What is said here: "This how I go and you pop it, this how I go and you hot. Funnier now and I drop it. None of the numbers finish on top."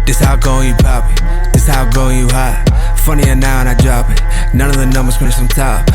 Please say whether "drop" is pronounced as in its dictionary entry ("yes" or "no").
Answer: no